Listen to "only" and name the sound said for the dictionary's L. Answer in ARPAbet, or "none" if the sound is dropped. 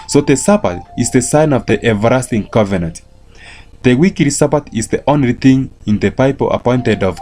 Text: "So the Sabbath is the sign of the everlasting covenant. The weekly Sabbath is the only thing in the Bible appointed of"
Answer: L